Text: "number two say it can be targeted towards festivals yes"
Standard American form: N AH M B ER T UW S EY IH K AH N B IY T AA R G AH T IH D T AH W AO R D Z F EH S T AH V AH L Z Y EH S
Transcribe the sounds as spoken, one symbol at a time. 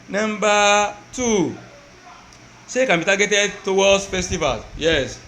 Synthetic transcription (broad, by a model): N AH M B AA T UW S EY K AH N B IY T AA G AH T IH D T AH W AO L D F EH S T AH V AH L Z Y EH S